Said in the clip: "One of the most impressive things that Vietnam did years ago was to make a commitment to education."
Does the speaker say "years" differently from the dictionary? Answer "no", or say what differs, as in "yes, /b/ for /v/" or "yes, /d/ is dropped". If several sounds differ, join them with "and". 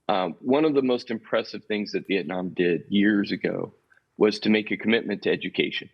no